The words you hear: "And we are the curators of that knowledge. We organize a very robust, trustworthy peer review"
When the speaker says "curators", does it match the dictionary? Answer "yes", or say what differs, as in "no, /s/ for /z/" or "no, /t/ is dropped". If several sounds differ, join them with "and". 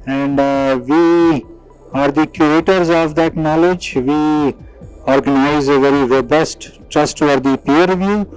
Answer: no, /ɹ/ is dropped